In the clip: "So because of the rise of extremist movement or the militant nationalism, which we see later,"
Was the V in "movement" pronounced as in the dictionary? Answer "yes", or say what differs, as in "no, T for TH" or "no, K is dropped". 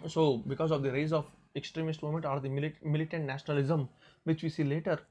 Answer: no, V is dropped